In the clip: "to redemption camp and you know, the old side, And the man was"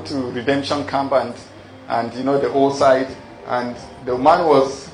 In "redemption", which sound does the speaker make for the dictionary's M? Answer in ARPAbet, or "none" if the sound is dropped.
M